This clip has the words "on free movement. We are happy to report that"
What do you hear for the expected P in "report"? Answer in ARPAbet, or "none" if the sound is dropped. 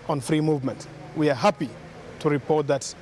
P